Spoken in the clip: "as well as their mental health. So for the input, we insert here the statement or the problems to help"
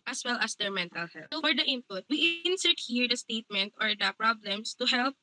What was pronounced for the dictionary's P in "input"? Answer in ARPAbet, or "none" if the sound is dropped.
P